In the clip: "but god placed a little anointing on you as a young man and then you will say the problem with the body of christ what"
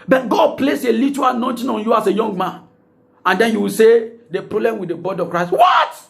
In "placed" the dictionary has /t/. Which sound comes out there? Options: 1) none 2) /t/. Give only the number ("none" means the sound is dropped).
1